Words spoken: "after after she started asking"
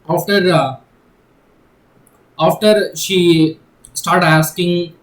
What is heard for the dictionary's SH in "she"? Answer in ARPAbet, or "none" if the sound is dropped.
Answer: SH